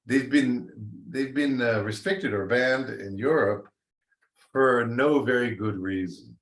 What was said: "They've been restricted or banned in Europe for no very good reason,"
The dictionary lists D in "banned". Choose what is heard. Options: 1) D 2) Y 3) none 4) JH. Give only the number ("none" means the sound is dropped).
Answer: 1